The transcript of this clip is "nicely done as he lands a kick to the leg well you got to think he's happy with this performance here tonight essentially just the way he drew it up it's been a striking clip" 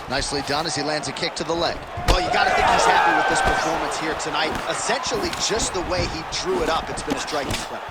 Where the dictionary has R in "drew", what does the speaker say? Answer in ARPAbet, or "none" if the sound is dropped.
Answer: R